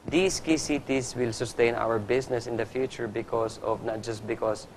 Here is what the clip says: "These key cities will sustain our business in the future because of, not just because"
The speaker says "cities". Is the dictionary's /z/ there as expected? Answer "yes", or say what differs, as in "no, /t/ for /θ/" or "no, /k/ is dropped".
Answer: no, /s/ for /z/